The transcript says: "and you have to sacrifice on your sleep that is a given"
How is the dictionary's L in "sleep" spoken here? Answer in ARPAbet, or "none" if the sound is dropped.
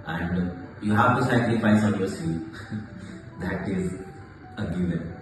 none